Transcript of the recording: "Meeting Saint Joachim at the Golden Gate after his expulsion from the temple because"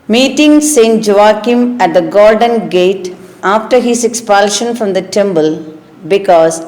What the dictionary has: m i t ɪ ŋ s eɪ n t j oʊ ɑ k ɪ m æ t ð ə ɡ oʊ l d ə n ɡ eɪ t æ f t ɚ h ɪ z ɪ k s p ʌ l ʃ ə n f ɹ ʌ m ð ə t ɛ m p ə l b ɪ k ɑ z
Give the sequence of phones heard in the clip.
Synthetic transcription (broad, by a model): m i t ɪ ŋ s eɪ n t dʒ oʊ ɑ k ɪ m æ t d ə ɡ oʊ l d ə n ɡ eɪ t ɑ f t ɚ h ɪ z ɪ k s p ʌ l ʃ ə n f ɹ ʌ m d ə t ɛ m b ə l b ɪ k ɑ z